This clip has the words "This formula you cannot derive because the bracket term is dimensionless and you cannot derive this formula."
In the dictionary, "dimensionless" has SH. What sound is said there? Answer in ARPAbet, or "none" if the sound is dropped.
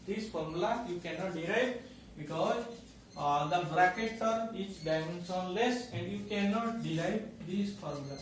S